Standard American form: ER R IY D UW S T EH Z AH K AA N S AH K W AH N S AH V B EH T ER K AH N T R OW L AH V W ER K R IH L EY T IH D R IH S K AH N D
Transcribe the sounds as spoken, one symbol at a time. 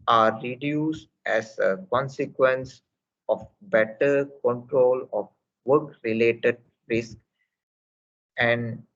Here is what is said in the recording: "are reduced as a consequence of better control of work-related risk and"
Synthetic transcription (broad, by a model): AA R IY D UW S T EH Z AH K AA N S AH K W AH N S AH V B EH T ER K AH N T R OW L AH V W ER K R IH L EY T IH D R IH S K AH N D